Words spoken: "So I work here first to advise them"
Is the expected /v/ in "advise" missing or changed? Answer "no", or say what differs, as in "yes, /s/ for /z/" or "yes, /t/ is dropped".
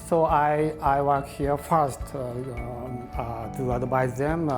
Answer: yes, /b/ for /v/